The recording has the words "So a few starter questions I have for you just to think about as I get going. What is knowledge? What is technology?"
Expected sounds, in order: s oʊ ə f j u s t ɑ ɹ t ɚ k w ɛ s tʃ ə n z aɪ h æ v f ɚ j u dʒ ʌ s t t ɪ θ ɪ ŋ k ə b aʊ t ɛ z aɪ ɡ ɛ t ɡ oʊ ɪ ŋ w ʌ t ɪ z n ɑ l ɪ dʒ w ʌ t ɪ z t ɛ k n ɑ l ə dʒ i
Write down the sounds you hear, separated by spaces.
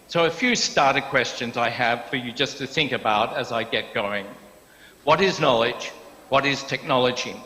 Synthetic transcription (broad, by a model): s oʊ ə f j u s t ɑ ɹ t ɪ k w ɛ s tʃ ə n z aɪ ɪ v f ɚ j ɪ dʒ ʌ s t t ɪ θ ɪ ŋ k ə b aʊ t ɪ z aɪ ɡ ɛ t ɡ oʊ ɪ ŋ w ʌ t ɪ z n ɑ l ɪ dʒ w ʌ t ɪ z t ɛ k n ɑ l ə dʒ i